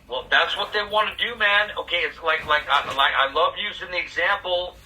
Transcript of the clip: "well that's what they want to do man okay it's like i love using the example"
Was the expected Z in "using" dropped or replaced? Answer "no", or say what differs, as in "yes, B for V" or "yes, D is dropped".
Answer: no